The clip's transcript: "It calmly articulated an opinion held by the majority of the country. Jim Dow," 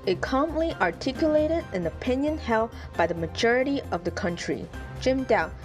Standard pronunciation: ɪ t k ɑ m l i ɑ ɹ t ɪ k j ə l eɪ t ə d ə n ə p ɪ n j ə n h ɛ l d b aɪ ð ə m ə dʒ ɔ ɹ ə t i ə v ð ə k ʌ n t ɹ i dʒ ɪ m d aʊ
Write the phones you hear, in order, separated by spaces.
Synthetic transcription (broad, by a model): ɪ t k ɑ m l i ɑ ɹ t ɪ k j ə l eɪ t ə d ə n ə p ɪ n j ə n h ɛ l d b aɪ ð ə m ə dʒ ɔ ɹ ə t i ə v ð ə k ʌ n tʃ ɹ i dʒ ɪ m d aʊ